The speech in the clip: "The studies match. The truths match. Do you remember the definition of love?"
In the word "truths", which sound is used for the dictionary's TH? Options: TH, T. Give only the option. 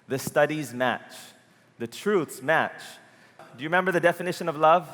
TH